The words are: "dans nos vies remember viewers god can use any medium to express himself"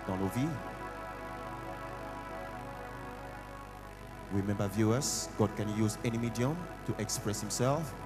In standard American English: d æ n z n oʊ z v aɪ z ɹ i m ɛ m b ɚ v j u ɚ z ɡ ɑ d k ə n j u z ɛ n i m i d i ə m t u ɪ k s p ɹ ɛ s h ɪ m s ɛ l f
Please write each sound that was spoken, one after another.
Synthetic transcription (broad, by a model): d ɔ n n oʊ v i ɹ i m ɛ m b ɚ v j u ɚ s ɡ ɑ d k ə n j u z ɛ n i m i d i ə m t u ɪ k s p ɹ ɛ s h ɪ m s ɛ l f